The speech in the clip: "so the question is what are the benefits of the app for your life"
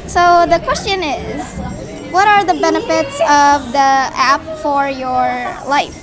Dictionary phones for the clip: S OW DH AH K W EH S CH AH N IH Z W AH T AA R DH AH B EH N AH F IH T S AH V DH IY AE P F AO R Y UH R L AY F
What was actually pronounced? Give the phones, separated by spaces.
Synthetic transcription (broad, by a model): S OW DH AH K W EH S CH AH N IH Z W AH T AA R DH AH B EH N AH F IH T S AH V DH IY AE P F AO R Y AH R L AY F